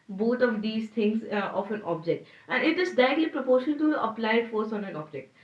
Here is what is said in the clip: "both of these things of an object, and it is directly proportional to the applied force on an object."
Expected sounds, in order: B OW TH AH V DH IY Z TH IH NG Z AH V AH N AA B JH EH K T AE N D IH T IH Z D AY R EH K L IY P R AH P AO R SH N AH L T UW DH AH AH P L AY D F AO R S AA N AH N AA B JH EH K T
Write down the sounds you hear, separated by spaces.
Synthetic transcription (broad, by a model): B OW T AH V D IY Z T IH NG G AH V AH N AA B JH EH K T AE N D IH T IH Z D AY EH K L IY P R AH P AO R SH AH N T UW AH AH P L AY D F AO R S AA N AH N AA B JH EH K T